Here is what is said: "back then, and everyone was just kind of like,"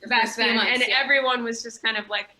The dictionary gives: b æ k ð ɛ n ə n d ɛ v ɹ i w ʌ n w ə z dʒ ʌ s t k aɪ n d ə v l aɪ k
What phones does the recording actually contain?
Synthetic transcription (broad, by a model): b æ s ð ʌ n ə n ɛ v ɹ i w ʌ n w ə z dʒ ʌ s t k aɪ n d ə v l aɪ k